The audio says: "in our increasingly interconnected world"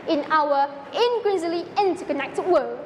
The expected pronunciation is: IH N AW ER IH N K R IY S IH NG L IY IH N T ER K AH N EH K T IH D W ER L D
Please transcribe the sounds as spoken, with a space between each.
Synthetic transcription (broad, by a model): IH N AW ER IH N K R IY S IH L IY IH N T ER K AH N EH K T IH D W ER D